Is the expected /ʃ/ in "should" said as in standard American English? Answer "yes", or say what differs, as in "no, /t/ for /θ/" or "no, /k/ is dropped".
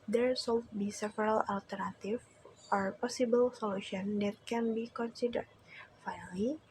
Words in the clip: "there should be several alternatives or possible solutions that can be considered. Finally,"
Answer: no, /s/ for /ʃ/